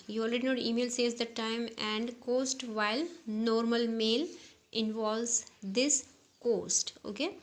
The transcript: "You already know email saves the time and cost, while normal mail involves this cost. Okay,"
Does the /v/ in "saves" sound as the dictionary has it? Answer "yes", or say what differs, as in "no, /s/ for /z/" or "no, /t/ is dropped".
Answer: no, /v/ is dropped